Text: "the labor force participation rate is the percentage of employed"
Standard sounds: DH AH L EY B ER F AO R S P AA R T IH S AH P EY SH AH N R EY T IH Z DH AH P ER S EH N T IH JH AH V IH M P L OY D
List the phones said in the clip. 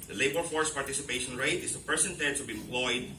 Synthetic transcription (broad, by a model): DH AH L EY B ER F AO R S P AA R T IH S AH P EY SH AH N R EY T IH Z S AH P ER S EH N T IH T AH B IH M P L OY D